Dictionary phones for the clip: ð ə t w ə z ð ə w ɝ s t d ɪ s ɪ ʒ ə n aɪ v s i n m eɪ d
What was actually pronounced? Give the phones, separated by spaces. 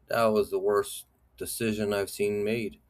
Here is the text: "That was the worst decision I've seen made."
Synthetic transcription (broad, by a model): ð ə t w ə z ð ə w ɝ s d ɪ s ɪ ʒ ə n aɪ v s i n m eɪ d